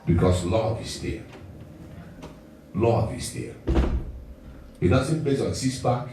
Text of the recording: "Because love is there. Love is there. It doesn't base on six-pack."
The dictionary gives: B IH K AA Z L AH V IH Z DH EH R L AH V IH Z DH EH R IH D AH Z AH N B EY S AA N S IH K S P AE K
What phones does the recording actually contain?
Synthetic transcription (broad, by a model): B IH K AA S L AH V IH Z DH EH L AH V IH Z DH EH IH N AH S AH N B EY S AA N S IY S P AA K